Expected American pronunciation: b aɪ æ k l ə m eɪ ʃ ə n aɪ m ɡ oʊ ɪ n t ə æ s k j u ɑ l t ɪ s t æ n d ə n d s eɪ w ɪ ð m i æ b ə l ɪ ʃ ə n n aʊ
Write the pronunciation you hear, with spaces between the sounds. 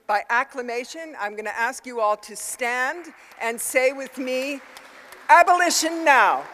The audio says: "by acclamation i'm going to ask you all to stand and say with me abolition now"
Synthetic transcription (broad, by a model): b aɪ æ k l ə m eɪ ʃ ə n aɪ m ɡ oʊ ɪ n t æ s k j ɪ ɑ l t ɪ s t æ n d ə n s eɪ w ɪ ð m i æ b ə l ɪ ʃ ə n n aʊ